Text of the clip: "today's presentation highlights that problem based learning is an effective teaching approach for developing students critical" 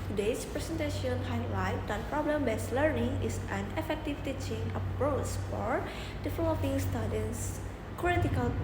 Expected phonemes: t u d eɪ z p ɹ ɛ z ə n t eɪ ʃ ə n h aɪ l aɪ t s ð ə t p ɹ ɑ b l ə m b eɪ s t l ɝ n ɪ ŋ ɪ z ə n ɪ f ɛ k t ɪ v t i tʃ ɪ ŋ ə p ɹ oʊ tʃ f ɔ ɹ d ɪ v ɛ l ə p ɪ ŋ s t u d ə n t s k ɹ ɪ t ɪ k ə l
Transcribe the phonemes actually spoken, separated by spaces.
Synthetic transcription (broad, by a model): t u d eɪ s p ɹ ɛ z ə n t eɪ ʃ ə n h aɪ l aɪ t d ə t p ɹ ɑ b l ə m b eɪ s l ɝ n ɪ ŋ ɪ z ə n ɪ f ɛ k t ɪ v t i tʃ ɪ ŋ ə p ɹ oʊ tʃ f ɔ ɹ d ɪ f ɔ ə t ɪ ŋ s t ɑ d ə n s k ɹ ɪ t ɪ k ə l